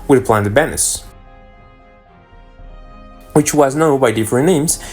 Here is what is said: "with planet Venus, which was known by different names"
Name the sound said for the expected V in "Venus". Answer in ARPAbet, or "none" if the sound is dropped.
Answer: B